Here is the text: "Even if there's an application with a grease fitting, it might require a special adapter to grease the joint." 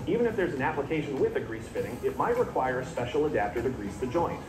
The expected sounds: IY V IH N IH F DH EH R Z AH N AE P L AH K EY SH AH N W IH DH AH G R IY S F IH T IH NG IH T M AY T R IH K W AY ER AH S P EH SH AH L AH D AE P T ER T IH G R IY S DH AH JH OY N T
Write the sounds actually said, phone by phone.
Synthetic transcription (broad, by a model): IY V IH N IH F DH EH R Z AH N AE P L AH K EY SH AH N W IH DH AH G R IY S F IH T IH NG IH T M AY T R IH K W AY ER AH S P EH SH L AH D AE P T ER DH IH G R IY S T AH JH OY N T